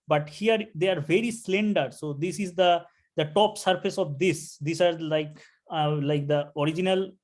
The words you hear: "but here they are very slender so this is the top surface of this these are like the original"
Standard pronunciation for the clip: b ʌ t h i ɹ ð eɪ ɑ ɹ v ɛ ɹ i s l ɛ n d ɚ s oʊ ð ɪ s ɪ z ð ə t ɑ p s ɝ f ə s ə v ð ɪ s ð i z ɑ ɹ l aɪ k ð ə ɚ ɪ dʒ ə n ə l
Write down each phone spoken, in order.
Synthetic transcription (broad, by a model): b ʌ t h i ɹ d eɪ ɑ ɹ v ɛ ɹ i s l ɛ n d ɚ s oʊ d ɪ s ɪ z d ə t ɑ p s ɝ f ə s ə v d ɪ s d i s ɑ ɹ l aɪ k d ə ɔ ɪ dʒ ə n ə l